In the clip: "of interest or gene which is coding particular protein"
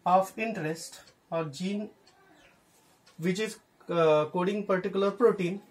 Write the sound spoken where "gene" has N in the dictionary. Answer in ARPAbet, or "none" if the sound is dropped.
N